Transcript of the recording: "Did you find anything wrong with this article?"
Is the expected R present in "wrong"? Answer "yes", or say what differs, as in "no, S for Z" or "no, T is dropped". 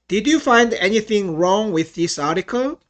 yes